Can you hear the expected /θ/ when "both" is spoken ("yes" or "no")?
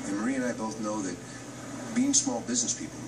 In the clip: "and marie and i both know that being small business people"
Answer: yes